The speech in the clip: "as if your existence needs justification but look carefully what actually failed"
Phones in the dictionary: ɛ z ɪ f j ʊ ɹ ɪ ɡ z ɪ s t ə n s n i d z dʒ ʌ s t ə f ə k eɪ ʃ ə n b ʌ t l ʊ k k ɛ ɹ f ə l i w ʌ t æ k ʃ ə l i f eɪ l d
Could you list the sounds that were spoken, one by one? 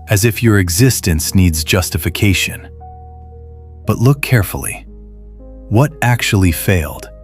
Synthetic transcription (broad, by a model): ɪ z ɪ f j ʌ ɹ ɪ ɡ z ɪ s t ə n s n i d z dʒ ʌ s t ə f ə k eɪ ʃ ə n b ʌ t l ʊ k k ɛ ɹ f l i w ʌ t æ k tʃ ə l i f eɪ l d